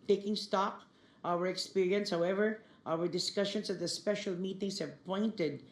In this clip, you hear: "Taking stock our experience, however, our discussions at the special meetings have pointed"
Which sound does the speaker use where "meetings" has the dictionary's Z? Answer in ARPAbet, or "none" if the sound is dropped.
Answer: S